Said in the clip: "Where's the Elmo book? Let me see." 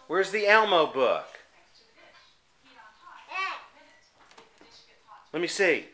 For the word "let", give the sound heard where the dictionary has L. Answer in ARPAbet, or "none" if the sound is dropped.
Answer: L